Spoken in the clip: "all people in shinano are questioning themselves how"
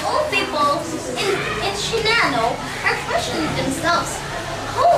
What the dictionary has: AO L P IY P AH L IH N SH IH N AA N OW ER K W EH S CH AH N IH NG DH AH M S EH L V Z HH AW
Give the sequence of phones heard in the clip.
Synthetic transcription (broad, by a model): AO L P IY P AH N IH N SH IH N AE N OW ER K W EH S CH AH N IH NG DH AH M S EH L V Z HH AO